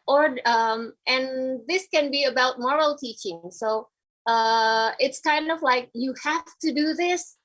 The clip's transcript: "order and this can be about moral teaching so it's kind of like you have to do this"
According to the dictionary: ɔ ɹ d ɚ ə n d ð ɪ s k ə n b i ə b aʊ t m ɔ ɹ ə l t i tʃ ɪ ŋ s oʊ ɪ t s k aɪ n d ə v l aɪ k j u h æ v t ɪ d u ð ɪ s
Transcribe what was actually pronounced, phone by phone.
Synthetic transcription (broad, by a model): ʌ ɹ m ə n ð ɪ s k ə n b i ə b aʊ t m ɔ ɹ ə l t i tʃ ɪ ŋ s oʊ ɪ t s k aɪ n d ə v l aɪ k j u h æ f t ɪ d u ð ɪ s